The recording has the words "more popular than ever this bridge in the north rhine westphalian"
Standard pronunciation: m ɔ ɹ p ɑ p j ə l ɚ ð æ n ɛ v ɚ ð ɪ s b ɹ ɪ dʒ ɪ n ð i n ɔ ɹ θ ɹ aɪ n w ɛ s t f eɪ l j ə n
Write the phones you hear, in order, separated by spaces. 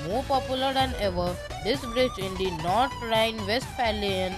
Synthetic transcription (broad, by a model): m ɔ ɹ p ɑ p j ə l ɚ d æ n ɛ v ɚ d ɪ s b ɹ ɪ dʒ ɪ n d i n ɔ ɹ t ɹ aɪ n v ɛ s t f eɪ l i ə n